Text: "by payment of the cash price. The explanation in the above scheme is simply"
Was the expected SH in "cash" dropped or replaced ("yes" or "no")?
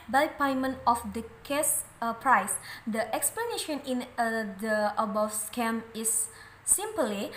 yes